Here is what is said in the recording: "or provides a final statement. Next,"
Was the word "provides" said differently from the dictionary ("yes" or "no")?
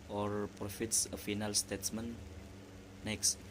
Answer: yes